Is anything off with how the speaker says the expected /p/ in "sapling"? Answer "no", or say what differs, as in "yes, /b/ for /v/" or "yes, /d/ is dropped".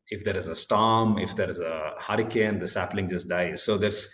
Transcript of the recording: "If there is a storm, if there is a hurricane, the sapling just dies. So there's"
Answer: no